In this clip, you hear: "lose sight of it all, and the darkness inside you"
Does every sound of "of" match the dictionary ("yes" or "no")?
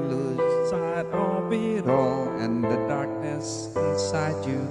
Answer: no